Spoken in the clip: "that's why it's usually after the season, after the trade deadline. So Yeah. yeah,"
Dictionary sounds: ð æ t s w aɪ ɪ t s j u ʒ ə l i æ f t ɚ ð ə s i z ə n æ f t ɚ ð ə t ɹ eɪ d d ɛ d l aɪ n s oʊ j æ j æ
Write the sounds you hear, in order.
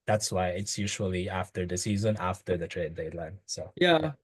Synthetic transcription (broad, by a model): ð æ t s w aɪ ɪ t s j u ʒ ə l i æ f t ɚ ð ə s i z ə n æ f t ɚ ð ə t ɹ eɪ d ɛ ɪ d l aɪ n s oʊ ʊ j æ